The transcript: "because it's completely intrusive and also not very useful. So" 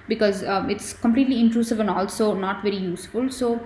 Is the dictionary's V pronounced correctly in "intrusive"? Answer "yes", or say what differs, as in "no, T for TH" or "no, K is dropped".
yes